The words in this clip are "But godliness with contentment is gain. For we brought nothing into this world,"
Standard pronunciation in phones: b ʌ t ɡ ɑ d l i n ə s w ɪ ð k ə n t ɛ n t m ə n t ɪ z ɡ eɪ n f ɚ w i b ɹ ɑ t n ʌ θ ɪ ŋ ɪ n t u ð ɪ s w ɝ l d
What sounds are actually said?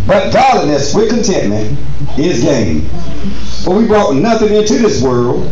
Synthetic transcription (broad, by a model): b ʌ t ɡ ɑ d l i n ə s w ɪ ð k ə n t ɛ n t m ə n t ɪ z ɡ eɪ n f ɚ w i b ɹ ɑ t n ʌ θ ɪ ŋ ɪ n t u ð ɪ s w ɝ l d